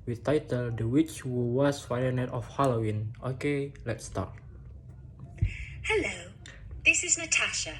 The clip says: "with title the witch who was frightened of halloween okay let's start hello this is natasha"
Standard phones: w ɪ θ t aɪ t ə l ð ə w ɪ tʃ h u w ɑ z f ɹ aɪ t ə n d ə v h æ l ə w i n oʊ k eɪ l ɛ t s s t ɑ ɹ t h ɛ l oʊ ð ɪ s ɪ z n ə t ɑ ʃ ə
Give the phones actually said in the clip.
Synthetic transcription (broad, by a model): w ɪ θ t aɪ t ə l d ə w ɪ tʃ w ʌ w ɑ s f aɪ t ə n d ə f h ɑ l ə w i n oʊ k eɪ l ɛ t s s t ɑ t h ɛ l oʊ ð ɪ s ɪ z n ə t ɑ ʃ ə